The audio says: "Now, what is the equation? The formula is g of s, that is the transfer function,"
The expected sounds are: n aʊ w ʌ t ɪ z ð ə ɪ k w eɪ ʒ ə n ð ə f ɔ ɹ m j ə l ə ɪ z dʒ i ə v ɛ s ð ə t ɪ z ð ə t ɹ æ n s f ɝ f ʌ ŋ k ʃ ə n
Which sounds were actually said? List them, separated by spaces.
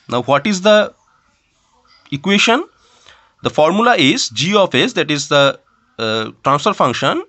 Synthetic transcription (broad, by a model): n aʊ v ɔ t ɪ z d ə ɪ k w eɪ ʃ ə n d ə f ɔ ɹ m j ə l ə ɪ z dʒ i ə f ɛ s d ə t ɪ z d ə t ɹ æ n s f ɝ f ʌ ŋ k ʃ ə n